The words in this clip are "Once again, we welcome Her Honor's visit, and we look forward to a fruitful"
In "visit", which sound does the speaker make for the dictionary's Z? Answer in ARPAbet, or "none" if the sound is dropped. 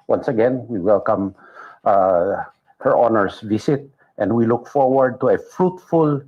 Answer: S